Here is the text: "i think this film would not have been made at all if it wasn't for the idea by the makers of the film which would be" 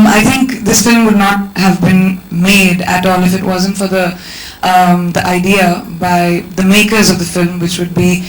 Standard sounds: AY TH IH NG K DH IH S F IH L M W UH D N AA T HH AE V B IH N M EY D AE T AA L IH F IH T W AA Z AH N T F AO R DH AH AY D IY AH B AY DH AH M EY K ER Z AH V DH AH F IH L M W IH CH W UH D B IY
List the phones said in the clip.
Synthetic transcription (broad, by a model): AY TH IH NG K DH IH S F IH L M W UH D N AA T HH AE V B IH N M EY D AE T AA L IH F IH T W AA Z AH N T F AO R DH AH AY D IY AH B AY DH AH M EY K ER Z AH V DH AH F IH L M W IH CH W UH D B IY